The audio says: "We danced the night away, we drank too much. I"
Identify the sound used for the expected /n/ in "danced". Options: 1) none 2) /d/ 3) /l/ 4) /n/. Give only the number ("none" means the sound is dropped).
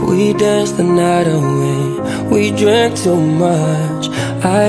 1